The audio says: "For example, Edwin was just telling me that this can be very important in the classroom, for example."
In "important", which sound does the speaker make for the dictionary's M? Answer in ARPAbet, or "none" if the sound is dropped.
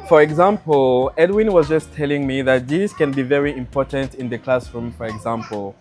M